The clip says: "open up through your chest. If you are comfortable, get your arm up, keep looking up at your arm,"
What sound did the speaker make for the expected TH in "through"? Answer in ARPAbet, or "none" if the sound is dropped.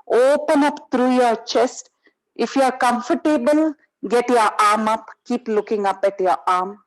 T